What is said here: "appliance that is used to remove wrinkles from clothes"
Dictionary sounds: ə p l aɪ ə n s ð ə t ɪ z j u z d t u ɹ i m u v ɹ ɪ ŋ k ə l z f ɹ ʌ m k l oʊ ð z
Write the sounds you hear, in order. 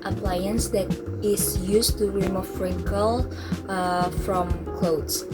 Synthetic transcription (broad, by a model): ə p l aɪ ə n s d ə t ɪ s j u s t u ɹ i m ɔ f ɹ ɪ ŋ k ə l f ɹ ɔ m k l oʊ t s